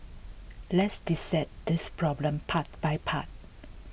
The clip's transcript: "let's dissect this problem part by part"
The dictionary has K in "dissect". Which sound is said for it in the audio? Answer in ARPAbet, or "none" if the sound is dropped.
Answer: none